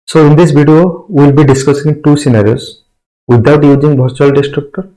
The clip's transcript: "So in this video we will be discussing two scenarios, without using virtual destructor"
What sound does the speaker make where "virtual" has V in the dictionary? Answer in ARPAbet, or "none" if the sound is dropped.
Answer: B